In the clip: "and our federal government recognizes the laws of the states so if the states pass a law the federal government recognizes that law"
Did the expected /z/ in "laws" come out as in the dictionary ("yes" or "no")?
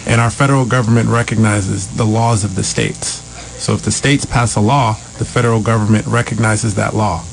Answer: yes